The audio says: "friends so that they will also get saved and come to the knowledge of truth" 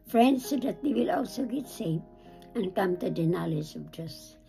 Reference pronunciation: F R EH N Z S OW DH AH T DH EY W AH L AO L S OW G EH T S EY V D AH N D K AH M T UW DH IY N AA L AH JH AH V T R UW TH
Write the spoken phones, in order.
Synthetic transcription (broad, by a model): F R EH N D S OW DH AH T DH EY W AH L AO L S OW G EH T S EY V AH N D K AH M T UW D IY N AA L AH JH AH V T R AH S